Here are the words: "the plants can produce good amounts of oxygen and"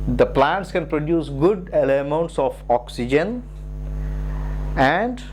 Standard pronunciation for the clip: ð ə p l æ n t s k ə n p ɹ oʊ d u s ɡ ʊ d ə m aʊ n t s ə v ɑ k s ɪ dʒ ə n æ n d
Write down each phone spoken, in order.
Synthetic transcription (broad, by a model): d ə p l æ n t s k ə n p ɹ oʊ d u s ɡ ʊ d ə m aʊ n t s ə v ɑ k s ɪ dʒ ə n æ n d